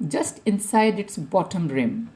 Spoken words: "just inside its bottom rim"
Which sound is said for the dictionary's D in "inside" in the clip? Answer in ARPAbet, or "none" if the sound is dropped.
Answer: D